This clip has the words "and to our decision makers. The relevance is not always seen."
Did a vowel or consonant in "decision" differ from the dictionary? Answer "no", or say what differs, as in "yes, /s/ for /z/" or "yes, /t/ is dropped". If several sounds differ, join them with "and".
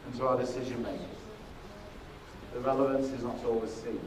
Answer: no